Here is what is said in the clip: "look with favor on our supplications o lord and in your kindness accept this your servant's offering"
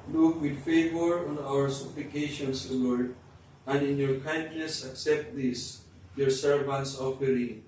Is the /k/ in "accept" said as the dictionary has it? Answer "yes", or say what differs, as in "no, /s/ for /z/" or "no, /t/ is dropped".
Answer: yes